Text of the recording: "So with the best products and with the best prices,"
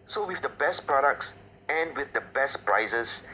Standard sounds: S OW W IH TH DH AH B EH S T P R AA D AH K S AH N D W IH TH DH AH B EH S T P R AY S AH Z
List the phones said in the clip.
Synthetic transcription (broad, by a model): S OW W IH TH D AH B EH S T P R AA D AH K S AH N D W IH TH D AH B EH S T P R AY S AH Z